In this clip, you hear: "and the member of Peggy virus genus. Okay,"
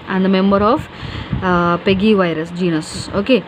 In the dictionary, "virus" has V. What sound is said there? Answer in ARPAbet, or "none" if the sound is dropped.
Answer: V